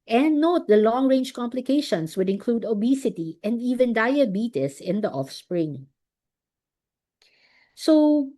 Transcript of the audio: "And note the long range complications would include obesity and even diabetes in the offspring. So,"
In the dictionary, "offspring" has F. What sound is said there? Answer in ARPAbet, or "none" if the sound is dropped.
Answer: F